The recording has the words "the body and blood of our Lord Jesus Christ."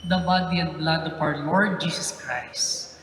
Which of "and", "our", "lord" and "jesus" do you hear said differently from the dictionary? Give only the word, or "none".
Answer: jesus